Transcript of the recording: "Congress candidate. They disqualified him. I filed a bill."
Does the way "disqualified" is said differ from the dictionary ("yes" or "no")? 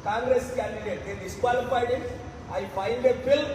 yes